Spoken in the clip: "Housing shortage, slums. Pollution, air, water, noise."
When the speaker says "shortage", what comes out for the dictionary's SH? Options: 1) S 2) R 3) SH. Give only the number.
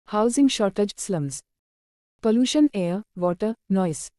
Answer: 3